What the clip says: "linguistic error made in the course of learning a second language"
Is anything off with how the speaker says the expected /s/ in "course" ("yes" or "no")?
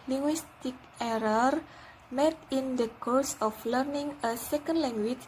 no